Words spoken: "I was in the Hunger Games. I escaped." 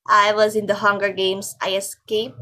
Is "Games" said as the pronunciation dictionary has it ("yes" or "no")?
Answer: no